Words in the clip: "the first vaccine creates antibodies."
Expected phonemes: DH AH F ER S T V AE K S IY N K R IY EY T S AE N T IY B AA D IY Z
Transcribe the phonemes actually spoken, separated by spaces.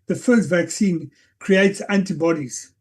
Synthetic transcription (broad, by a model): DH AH F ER S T V AE K S IY N K R IY EY T S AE N T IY B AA D IY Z